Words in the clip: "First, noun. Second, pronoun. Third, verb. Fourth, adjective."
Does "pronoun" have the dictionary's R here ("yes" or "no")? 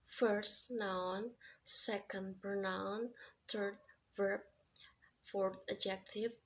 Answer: no